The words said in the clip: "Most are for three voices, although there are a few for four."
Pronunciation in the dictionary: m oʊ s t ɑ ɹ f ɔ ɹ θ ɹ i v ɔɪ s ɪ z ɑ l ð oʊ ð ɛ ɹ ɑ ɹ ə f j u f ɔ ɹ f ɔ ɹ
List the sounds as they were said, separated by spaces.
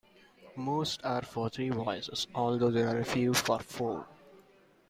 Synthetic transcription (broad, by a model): m oʊ s t ɑ ɹ f ɔ ɹ t ɹ i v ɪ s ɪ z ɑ l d oʊ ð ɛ ɹ ɑ ɹ ə f j u f ɔ ɹ f ɔ ɹ